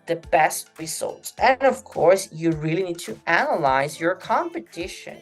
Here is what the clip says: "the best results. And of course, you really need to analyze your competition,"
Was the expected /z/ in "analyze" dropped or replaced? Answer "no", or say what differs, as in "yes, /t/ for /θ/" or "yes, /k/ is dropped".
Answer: no